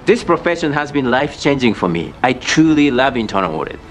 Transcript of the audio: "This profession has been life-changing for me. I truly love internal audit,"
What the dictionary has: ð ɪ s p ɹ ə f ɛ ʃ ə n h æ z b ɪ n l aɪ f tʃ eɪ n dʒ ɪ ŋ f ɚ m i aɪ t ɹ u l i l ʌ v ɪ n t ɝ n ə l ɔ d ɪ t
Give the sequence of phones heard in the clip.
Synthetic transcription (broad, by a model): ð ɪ s p ɹ ə f ɛ ʃ ə n h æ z b ɪ n l aɪ f tʃ eɪ n dʒ ɪ ŋ f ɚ m i aɪ t ɹ u l i l ʌ v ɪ n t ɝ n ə w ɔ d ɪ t